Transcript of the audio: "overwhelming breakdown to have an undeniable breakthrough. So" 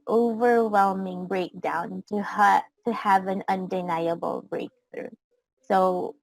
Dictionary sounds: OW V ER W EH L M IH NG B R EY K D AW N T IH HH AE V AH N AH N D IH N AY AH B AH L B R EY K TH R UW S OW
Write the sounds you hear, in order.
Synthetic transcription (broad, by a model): OW V ER W EH L M IH NG B R EY K D AW N T IH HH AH V AH N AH N D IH N AY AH B L B R EY K TH R UW S OW